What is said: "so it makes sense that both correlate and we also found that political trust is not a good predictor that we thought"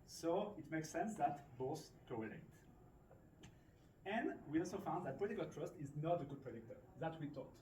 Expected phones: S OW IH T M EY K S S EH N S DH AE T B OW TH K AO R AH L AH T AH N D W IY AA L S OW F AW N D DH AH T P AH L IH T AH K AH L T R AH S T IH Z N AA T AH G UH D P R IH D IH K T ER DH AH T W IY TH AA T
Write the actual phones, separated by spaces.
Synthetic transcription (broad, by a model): S OW IH T M EY K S S EH N S DH AE T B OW S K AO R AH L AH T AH N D W IY AA L S OW F AW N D DH AH T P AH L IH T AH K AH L T R AH S T IH Z N AA T AH G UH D P R IH D IH K T ER DH AH T W IY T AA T